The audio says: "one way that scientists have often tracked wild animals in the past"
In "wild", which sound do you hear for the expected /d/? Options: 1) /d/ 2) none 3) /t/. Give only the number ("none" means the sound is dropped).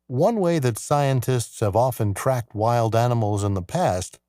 1